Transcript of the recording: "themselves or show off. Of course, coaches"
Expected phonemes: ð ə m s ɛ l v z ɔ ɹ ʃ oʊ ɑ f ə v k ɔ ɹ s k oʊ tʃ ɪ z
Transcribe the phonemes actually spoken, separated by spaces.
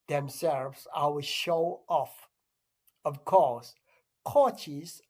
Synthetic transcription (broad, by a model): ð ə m s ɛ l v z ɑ w ʃ oʊ ɑ f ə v k ɔ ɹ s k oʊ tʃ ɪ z